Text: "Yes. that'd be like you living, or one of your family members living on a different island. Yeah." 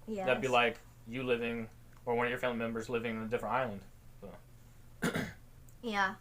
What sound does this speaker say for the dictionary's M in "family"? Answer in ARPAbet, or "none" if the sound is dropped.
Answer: none